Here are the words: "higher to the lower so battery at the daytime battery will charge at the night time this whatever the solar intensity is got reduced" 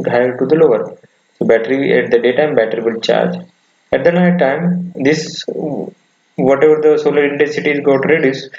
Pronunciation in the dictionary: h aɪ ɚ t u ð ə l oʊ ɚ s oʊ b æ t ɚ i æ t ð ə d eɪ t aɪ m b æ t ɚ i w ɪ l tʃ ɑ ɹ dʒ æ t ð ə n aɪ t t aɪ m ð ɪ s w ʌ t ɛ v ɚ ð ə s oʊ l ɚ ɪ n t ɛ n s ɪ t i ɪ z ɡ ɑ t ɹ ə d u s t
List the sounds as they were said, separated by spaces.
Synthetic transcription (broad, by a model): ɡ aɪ t u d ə l oʊ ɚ s oʊ b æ t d i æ t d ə d eɪ t aɪ m b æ t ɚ i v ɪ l tʃ ɑ ɹ dʒ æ t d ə n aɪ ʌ t aɪ m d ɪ s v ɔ t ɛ v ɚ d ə s oʊ l ɚ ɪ n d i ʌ s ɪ t i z ɡ ɑ t ɹ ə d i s